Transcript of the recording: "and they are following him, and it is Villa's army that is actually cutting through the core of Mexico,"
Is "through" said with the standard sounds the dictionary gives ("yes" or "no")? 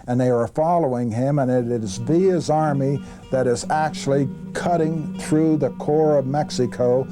yes